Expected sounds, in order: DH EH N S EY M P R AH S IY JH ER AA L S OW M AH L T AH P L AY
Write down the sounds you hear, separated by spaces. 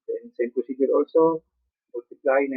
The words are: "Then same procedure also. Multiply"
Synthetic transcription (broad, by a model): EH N S EY M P AH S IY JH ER AA L S OW M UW L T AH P L AY